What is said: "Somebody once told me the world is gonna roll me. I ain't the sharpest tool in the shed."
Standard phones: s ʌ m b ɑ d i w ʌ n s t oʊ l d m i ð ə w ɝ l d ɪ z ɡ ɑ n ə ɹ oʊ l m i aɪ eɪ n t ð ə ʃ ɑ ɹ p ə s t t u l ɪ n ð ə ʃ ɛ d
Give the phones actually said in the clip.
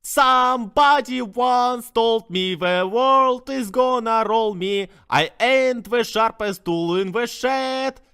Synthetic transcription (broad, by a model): s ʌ m b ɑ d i w ʌ n s t oʊ l d m i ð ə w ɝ l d ɪ z ɡ ɑ n ə ɹ oʊ l m i aɪ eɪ n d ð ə ʃ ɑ ɹ p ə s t t u l ɪ n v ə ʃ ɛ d